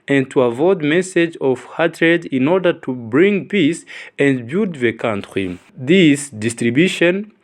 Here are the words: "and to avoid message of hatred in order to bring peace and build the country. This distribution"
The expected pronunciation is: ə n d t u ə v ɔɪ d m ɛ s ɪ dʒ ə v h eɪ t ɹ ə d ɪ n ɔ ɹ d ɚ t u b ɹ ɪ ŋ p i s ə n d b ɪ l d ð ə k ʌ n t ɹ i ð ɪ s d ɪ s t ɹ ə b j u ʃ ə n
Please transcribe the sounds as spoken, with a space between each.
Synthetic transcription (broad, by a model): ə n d t u ə v ɔɪ d m ɛ s ɪ dʒ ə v h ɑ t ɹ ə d ɪ n ɔ ɹ d ɚ t u b ɹ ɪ ŋ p i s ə n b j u d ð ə k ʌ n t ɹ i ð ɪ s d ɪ s t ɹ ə b j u ʃ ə n